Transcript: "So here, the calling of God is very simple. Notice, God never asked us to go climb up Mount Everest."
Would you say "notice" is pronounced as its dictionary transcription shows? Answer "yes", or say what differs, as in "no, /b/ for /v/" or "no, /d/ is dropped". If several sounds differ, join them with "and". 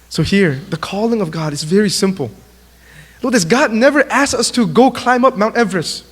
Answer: no, /l/ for /n/